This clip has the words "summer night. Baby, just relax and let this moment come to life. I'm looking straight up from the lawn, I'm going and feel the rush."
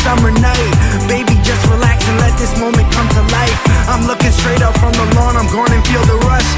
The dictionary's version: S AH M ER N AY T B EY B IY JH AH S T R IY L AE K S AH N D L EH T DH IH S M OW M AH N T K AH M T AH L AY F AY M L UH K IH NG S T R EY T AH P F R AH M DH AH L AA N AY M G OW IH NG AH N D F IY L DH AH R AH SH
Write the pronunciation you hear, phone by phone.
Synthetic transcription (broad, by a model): S AH M ER N AY T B EY B IY JH AH S T R IY L AE K S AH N L EH T DH IH S M OW M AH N K AH M T AH L AY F AY M L UH K IH NG S T R EY T AH P F R AH M DH AH L AA N AY M G OW IH NG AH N F IY L DH AH R AH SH